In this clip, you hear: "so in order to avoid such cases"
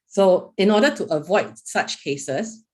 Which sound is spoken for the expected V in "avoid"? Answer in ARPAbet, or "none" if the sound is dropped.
V